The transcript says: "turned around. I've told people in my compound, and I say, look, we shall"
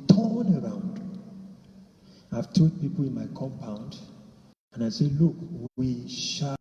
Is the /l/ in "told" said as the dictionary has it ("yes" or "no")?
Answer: no